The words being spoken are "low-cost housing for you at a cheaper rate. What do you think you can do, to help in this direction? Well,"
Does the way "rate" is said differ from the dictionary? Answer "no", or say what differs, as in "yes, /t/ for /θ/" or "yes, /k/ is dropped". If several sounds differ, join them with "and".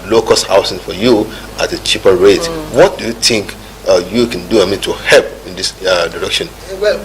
no